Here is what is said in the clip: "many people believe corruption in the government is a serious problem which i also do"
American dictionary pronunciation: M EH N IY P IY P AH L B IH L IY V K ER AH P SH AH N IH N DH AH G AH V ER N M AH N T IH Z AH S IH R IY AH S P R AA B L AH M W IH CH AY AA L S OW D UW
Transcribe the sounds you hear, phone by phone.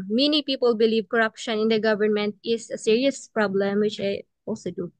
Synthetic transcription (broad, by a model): M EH N IY P IY P AH L B IH L IY V K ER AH P SH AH N IH N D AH G AH V ER N M AH N T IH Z AH S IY R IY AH S P R AA B L AH M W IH CH AY AA L S OW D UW